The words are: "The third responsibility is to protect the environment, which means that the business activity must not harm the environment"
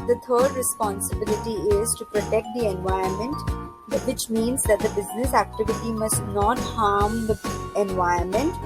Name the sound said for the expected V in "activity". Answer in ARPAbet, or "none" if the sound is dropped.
V